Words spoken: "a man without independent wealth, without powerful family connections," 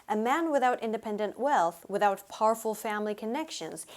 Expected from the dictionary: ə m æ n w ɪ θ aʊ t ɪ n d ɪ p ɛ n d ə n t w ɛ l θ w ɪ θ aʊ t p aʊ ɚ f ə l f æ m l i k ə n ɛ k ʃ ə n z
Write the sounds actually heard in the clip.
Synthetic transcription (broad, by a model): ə m æ n w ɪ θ aʊ t ɪ n d ɪ p ɛ n d ə n t w ɛ l θ w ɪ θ aʊ t p aʊ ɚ f l f æ m l i k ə n ɛ k ʃ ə n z